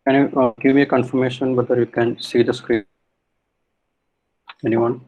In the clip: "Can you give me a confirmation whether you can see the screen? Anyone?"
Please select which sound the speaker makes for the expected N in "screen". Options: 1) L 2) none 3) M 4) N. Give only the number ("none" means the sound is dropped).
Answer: 2